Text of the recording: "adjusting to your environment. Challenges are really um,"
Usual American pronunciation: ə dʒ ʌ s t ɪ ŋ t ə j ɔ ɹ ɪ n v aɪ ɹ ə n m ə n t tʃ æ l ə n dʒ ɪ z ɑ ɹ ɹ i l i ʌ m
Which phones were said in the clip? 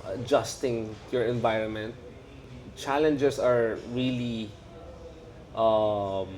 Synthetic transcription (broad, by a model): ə dʒ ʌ s t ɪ ŋ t j ɔ ɹ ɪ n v aɪ ɹ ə n m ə n t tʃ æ l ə n dʒ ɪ s ɑ ɹ ɹ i l i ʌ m